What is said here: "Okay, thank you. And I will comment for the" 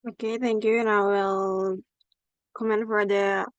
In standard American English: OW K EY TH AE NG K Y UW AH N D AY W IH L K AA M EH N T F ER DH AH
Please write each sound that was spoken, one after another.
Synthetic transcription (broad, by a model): OW K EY TH AE NG K Y UW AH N AY W IH L K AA M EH N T F ER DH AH